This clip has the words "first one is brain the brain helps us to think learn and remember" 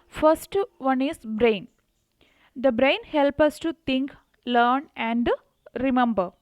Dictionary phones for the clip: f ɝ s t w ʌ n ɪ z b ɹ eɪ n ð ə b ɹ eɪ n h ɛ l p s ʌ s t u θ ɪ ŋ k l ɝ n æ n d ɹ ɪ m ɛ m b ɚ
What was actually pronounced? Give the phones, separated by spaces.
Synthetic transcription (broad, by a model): f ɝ s t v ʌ n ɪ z b ɹ eɪ n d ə b ɹ eɪ n h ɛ l p ʌ s t u t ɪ ŋ k l ɝ n æ n d ɹ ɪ m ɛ m b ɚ